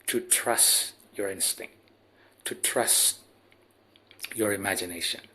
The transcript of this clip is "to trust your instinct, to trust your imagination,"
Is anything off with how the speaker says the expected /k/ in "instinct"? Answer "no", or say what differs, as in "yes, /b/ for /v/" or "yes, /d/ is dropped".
no